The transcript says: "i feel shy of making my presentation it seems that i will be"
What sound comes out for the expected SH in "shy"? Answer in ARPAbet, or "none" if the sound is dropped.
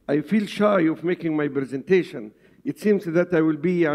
SH